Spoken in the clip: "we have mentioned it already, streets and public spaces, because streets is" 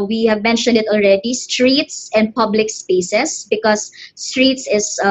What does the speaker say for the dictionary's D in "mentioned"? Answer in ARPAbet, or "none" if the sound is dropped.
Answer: D